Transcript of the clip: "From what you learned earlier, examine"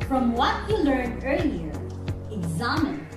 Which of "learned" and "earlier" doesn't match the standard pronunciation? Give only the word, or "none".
learned